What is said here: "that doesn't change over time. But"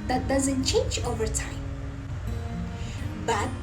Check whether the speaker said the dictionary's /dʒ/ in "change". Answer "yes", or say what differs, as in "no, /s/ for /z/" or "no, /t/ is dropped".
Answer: yes